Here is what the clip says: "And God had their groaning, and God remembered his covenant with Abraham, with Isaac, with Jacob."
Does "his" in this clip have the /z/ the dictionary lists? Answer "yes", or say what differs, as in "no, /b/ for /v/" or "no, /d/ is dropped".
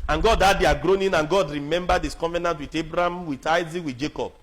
no, /s/ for /z/